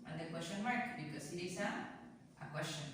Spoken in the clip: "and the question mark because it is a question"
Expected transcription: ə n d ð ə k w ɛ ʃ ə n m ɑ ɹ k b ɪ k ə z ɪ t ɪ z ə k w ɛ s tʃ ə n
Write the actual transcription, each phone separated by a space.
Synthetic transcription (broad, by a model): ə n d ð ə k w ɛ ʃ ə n m ɑ ɹ k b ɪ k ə s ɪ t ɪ s ə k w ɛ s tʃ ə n